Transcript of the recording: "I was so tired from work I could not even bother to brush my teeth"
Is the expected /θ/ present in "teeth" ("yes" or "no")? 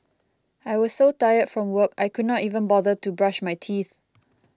yes